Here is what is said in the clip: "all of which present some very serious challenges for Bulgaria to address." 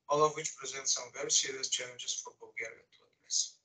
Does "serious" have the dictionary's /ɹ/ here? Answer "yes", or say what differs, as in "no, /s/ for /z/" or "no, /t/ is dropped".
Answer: no, /ɹ/ is dropped